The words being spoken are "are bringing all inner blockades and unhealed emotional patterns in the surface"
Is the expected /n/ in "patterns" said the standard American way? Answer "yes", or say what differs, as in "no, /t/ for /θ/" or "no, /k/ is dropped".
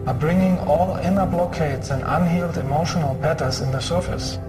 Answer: no, /n/ is dropped